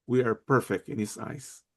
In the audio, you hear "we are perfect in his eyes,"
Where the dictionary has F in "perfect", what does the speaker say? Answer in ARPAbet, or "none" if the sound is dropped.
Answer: F